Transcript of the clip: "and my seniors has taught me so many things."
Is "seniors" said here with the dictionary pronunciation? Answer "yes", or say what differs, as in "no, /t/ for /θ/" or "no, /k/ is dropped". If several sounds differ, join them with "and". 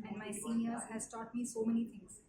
no, /z/ is dropped